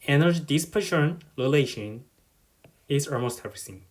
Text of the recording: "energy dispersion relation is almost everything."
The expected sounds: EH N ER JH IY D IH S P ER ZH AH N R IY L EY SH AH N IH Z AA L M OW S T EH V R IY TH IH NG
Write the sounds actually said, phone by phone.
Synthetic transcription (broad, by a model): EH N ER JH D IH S P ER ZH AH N L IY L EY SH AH N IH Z AA L M OW S T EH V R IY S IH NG